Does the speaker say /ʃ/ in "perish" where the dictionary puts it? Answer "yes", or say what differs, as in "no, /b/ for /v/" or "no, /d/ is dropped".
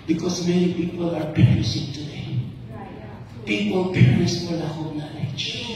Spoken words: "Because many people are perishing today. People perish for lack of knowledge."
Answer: no, /s/ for /ʃ/